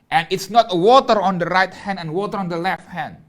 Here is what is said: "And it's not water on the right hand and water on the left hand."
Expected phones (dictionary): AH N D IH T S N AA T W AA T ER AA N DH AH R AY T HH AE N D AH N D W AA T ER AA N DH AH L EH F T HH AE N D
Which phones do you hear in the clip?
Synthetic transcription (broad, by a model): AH N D IH T S N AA T W AA T ER AA N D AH R AY T HH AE N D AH N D W AA T ER AA N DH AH L EH F T HH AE N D